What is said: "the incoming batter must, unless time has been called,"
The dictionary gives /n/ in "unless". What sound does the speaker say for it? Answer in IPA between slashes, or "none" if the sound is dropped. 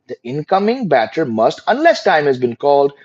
/n/